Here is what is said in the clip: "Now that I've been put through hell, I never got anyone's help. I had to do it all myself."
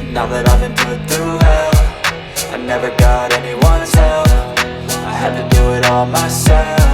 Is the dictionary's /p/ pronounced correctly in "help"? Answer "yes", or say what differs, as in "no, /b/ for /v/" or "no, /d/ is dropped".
no, /f/ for /p/